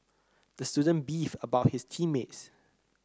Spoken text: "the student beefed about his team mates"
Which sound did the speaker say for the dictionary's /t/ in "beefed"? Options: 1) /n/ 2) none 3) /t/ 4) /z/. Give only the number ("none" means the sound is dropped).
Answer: 2